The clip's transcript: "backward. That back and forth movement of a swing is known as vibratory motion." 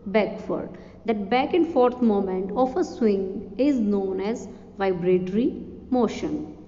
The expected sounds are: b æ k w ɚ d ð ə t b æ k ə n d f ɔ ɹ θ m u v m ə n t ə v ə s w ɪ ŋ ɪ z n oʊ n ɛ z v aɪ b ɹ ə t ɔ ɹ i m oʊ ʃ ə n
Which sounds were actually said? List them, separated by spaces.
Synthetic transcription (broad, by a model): b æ k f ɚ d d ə t b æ k ə n d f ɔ ɹ t m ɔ m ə n t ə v ə s w ɪ ŋ ɪ z n oʊ n ɛ z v aɪ b ɹ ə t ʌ ɹ i m oʊ ʃ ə n